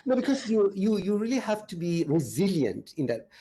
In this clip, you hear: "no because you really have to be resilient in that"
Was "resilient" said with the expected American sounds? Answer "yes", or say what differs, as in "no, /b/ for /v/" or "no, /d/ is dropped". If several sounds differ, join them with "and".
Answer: yes